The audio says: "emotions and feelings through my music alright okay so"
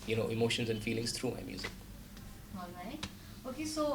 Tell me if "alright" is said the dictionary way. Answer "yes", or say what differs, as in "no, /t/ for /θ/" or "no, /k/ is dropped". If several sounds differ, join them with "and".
no, /l/ is dropped